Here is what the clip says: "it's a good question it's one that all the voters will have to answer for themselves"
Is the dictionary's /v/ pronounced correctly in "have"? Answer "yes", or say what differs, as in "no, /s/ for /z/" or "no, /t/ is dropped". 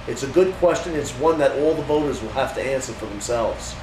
no, /f/ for /v/